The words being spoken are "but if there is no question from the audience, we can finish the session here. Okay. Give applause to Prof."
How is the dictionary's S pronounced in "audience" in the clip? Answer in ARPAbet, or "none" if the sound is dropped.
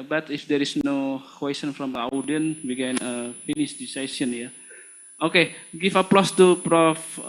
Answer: none